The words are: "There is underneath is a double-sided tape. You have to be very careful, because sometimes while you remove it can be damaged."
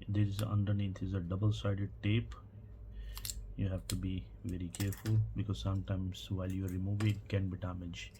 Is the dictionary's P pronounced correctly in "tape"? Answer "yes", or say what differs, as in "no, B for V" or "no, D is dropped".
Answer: yes